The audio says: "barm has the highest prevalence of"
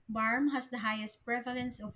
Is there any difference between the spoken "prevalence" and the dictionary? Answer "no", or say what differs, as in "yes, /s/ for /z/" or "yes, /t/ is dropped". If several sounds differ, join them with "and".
no